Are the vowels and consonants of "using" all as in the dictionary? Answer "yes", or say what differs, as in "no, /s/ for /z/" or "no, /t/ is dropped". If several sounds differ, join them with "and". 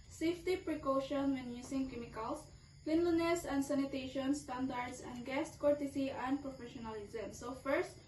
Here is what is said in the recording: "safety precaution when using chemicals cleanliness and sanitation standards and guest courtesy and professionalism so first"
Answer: no, /s/ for /z/